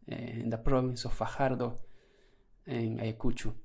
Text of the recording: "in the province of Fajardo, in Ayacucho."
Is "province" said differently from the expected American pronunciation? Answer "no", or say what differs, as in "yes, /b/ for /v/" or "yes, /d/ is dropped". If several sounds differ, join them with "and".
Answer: yes, /b/ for /v/